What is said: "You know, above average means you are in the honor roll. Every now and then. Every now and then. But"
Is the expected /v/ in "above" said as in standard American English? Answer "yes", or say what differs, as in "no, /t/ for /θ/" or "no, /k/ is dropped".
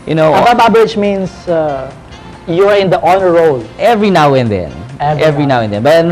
no, /b/ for /v/